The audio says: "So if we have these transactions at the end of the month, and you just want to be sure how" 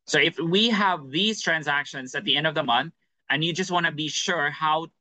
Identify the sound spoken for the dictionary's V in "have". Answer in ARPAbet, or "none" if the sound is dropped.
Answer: V